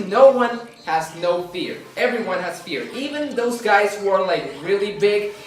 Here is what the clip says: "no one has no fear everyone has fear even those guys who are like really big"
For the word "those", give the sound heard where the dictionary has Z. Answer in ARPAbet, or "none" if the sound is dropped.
Z